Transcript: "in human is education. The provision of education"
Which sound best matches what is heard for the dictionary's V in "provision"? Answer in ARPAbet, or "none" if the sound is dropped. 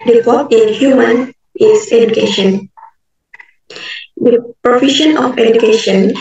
F